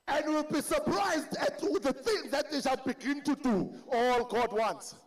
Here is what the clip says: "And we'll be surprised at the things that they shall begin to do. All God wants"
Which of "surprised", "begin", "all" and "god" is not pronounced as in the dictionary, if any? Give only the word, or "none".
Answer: none